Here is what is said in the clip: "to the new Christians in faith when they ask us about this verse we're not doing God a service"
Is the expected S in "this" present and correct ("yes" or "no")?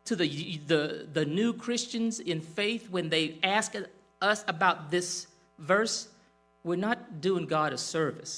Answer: yes